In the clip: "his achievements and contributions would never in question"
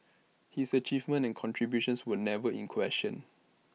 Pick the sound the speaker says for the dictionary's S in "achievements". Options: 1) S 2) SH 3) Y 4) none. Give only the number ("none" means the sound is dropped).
4